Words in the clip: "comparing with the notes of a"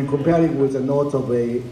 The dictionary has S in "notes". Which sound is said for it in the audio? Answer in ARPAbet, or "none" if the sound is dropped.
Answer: none